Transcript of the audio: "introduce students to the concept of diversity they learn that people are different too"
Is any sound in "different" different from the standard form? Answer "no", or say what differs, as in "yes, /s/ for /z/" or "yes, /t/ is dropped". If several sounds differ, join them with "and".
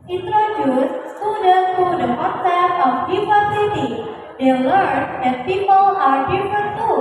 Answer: yes, /ɹ/ is dropped